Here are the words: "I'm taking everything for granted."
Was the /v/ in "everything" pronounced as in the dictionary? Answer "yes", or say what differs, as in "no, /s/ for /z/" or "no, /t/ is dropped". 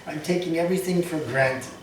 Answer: yes